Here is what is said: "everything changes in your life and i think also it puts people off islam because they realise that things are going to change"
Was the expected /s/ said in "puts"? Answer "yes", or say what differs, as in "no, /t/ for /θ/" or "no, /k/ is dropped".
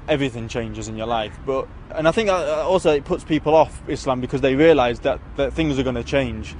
yes